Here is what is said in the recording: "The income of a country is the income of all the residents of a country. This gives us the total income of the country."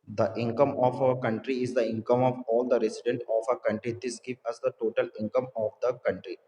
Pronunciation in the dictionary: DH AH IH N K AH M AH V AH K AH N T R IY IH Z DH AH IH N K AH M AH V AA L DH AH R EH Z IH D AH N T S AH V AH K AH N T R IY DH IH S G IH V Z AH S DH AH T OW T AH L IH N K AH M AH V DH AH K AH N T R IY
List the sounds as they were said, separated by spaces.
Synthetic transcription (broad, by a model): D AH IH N K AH M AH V AH K AH N T R IY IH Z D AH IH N K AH M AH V AA L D AH R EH S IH D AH N T AH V AH K AH N T R IY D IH S G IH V AH S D AH T OW T AH L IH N K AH M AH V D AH K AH N T R IY